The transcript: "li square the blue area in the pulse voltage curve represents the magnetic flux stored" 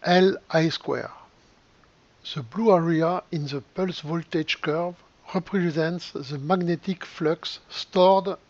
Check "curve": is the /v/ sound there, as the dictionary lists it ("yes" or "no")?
yes